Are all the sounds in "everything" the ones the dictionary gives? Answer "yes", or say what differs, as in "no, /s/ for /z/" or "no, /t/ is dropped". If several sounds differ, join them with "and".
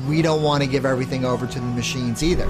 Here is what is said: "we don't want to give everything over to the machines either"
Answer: yes